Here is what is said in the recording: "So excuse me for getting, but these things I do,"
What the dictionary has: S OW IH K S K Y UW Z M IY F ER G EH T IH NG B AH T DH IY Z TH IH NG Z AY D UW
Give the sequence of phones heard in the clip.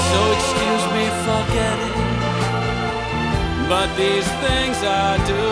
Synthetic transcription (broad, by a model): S OW IH K S K Y UW Z M IY F ER G EH T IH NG B AH T DH IY Z TH IH NG Z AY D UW